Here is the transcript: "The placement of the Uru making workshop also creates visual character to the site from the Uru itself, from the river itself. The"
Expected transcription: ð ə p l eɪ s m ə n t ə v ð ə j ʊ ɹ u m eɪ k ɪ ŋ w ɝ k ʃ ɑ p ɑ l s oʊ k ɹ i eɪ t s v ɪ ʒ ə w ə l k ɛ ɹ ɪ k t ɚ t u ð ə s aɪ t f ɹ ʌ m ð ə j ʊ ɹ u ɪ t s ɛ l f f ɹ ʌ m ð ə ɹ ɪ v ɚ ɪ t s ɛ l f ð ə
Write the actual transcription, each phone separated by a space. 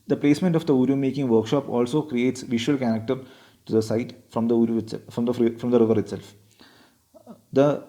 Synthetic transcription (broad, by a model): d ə p l eɪ s m ə n t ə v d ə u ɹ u m eɪ k ɪ ŋ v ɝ k ʃ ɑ p ɑ l s oʊ k ɹ i eɪ t s v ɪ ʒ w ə l k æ ɹ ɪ k t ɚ t u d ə s aɪ t f ɹ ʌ m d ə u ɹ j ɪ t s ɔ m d f ɹ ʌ m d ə ɹ ɪ v ɚ ɪ t s ɛ l f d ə